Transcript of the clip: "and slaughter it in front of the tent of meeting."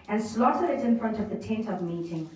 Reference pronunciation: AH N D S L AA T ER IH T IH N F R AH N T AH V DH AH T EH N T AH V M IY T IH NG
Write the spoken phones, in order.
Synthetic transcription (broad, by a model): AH N S L AA T ER IH T IH N F R AH N T AH V DH AH T EH N T AH V M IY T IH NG